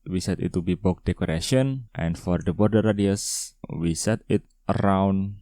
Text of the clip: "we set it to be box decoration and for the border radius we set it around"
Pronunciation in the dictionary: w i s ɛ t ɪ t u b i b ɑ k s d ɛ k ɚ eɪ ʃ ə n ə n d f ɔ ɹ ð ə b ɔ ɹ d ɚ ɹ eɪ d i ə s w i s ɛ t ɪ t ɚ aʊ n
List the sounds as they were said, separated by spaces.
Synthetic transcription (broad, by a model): w i s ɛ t ɪ t u b i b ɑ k d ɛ k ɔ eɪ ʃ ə n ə n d f ɔ ɹ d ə b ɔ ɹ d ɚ ɹ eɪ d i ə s w i s ɛ t ɪ t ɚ aʊ n